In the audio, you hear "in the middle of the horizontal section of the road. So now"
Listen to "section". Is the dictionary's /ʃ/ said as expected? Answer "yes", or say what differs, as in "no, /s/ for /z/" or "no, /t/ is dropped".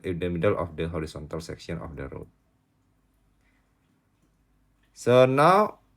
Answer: no, /s/ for /ʃ/